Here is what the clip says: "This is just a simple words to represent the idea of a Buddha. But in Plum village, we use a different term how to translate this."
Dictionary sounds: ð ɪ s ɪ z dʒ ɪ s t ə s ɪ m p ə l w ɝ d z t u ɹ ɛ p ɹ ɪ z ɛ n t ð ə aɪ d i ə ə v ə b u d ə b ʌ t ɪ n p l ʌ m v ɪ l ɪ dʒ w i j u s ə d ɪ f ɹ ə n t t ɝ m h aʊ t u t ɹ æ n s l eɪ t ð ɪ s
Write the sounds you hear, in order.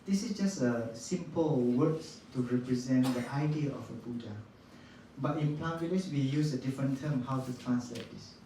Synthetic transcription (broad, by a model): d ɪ s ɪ s dʒ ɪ s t ə s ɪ m p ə l w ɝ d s t u ɹ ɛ p ɹ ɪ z ɛ n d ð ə aɪ d i ə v ə b u d ə b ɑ t ɪ n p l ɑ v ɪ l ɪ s w i j u s ə d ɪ f ɹ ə n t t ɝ m h aʊ t u t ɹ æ n s l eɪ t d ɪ s